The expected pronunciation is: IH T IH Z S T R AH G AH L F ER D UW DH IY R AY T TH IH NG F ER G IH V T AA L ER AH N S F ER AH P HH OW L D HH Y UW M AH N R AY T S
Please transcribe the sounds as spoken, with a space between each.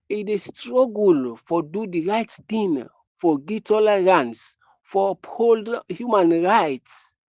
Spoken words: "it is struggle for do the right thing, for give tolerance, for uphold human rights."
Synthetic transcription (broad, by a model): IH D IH S T R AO G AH L F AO D UW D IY R AY T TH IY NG F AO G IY T AA L ER AH N S F AH P HH OW L D HH Y UW M AH N R AY T S